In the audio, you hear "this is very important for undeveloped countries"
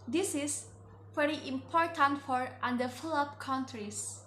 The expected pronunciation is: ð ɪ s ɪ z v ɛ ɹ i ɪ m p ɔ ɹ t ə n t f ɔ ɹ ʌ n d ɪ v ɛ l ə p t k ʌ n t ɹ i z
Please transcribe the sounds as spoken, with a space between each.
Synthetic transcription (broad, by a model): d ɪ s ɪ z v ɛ ɹ i ɪ m p ɔ ɹ t ə n t f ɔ ɹ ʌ n d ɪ f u l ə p k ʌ n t ɹ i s